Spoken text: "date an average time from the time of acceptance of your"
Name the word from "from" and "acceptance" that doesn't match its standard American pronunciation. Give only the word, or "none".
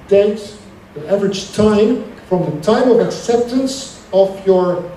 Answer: none